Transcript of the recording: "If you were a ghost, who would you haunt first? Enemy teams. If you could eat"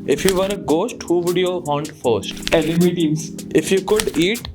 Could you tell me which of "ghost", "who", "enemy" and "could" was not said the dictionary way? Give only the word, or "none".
enemy